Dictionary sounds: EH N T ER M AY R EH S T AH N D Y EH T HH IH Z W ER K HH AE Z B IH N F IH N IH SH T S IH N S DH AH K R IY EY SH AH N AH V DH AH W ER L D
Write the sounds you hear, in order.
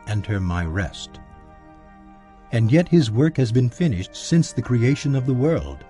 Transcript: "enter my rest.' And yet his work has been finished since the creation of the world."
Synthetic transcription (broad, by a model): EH N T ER M AY R EH S T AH N Y EH T HH IH Z W ER K HH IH Z B IH N F IH N IH SH T S IH N S DH AH K R IY EY SH AH N AH V DH AH W ER L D